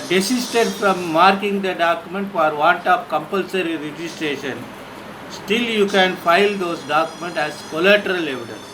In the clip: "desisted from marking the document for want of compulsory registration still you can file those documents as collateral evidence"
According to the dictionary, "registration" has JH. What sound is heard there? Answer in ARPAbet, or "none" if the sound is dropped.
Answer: JH